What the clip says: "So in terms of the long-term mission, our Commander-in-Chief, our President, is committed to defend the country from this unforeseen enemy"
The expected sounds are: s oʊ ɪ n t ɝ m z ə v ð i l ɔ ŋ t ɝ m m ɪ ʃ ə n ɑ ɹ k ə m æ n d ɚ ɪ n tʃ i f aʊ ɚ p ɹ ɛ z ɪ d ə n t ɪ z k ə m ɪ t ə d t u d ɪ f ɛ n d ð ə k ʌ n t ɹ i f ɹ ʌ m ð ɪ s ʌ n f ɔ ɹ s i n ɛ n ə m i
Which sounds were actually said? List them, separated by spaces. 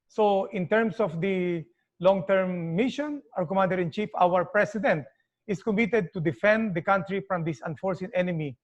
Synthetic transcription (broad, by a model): s oʊ ɪ n t ɝ m s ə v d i l ɔ ŋ t ɝ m m ɪ ʃ ə n ɑ ɹ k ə m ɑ n d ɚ ɪ n tʃ i f aʊ ɚ p ɹ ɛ s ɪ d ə n t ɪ s k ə m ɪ t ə d t u d ɪ f ɛ n d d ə k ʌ n t ɹ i f ɹ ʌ m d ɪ s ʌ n f ɔ ɹ s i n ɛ n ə m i